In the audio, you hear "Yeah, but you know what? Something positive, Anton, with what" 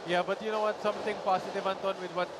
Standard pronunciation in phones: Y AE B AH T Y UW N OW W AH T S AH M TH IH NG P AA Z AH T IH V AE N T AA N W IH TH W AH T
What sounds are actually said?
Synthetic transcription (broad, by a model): Y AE B AH T Y UW N OW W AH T S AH M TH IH NG P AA S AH T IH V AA N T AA N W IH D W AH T